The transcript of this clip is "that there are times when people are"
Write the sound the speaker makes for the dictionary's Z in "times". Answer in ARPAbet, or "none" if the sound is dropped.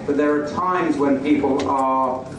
Z